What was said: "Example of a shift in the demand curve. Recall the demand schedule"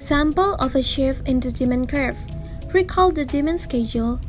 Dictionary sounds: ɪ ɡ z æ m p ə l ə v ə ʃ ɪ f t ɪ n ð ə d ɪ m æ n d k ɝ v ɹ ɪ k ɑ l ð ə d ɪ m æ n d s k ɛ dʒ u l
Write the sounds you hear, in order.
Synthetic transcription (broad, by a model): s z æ m p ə l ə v ə ʃ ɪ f ɪ n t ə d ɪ m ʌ n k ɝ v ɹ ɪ k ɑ l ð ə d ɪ m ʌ n s k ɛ dʒ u l